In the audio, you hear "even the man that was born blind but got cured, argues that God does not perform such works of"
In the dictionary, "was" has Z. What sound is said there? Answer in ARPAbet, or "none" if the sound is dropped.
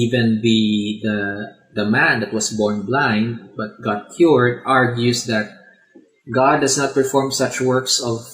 S